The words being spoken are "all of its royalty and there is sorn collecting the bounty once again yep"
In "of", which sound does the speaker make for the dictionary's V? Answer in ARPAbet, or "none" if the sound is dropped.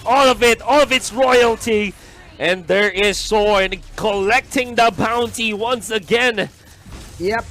V